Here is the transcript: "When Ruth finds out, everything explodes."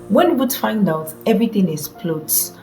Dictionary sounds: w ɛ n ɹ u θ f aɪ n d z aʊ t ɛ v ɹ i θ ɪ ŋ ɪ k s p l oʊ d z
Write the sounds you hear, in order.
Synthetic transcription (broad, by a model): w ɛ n w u t f aɪ n d aʊ t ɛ v ɹ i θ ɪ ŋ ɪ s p l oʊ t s